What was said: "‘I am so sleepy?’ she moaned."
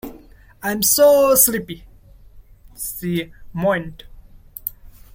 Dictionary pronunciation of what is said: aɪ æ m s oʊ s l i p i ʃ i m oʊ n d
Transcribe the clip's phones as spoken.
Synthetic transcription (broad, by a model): aɪ m s oʊ s l i p i s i m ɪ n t